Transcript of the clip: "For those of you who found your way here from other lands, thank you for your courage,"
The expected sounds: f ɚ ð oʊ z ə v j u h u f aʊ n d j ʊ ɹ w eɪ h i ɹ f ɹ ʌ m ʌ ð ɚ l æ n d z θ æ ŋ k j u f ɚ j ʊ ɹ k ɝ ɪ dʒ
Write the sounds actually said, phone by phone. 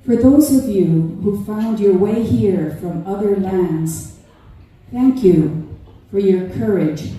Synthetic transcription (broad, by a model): f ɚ ð oʊ z ə v j u h u f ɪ n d j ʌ ɹ w eɪ h i ɹ f ɹ ʌ m ʌ ð ɚ l æ n d z θ æ ŋ k j u f ɚ j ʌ ɹ k ɝ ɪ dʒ